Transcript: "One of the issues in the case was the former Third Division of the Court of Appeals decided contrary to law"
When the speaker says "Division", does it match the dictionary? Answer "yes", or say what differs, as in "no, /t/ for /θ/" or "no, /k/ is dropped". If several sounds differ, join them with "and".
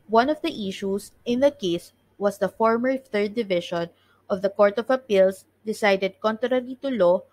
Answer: no, /ʃ/ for /ʒ/